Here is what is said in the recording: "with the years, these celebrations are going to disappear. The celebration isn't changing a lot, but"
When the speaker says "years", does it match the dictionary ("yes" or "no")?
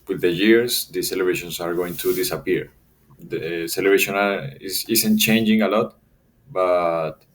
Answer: no